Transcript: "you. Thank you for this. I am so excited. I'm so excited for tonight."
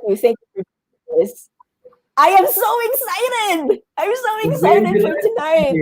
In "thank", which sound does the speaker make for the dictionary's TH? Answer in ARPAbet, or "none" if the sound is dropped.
TH